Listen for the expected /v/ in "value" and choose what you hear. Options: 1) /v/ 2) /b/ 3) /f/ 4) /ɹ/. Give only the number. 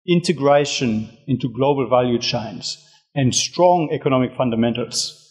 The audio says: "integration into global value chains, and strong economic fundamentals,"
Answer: 1